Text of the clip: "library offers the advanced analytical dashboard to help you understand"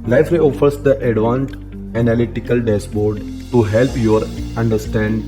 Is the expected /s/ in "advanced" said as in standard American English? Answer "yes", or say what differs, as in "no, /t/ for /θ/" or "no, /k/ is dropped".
no, /s/ is dropped